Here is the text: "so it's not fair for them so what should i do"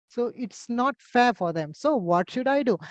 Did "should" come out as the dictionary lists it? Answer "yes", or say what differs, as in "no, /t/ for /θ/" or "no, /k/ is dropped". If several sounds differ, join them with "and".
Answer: yes